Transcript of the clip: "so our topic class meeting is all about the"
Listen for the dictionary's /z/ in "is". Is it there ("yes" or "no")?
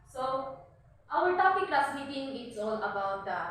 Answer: no